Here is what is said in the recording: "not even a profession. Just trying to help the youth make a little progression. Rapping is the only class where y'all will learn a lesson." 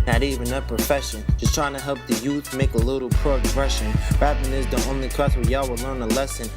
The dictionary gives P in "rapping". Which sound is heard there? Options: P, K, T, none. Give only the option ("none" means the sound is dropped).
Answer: none